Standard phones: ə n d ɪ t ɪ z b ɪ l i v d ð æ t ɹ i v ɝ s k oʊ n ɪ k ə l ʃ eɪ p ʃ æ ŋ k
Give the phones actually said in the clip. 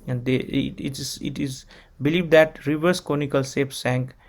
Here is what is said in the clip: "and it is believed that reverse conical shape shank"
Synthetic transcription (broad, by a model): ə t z ɪ t ɪ z b ɪ l i v d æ t ɹ i v ɝ s k oʊ n ɪ k ə l s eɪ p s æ ŋ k